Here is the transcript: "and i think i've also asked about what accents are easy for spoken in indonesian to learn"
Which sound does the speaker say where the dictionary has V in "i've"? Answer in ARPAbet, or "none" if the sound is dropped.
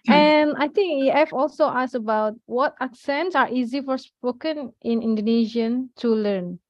F